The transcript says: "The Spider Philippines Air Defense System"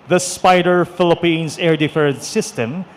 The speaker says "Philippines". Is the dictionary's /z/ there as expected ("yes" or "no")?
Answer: no